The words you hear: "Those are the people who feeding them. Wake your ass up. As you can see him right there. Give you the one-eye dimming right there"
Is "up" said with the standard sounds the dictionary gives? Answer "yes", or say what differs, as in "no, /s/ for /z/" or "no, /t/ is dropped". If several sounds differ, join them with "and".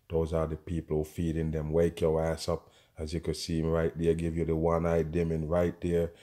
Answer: yes